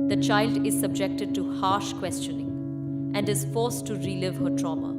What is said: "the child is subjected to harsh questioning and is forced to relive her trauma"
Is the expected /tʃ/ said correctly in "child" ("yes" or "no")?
yes